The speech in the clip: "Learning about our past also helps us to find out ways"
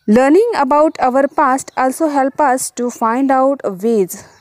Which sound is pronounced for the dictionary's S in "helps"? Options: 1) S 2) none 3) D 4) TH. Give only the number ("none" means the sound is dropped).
2